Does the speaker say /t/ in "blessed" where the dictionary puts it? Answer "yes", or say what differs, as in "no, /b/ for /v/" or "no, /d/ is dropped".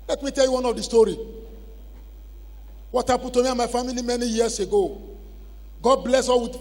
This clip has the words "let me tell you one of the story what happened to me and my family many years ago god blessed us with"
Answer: no, /t/ is dropped